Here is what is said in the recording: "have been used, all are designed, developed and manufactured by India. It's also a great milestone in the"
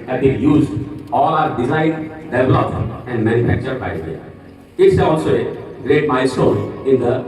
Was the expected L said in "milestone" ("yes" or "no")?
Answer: no